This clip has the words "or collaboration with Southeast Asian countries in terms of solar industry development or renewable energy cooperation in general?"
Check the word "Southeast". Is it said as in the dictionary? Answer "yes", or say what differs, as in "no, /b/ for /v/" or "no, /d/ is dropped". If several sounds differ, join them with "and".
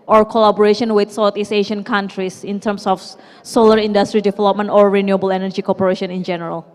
no, /t/ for /θ/ and /t/ is dropped